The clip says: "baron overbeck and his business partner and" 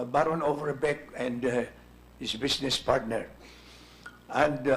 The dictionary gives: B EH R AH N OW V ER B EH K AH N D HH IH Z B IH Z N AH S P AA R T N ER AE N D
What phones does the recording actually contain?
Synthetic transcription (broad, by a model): B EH R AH N OW V ER B EH K AH N D HH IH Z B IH S N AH S P AA R T N ER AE N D